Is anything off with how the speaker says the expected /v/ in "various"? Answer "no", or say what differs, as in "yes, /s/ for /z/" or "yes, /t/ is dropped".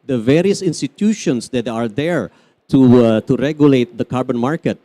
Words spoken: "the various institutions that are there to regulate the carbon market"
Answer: no